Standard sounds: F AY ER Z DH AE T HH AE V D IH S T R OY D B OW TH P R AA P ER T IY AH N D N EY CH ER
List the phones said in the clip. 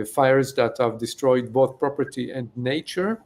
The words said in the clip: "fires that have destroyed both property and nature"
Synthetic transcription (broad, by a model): F AY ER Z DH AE T HH AE V D IH S T R OY D B OW TH P R AA P ER T IY AH N D N EY CH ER